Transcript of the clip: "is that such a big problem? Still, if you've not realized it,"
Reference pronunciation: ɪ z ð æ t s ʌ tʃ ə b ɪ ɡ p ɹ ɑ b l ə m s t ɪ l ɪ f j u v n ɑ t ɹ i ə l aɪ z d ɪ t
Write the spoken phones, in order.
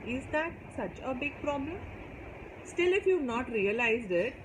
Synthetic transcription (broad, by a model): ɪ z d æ t s ʌ tʃ ə b ɪ ɡ p ɹ ɑ b l ə m s t ɪ l ɪ f j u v n ɑ t ɹ i ə l aɪ z d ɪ t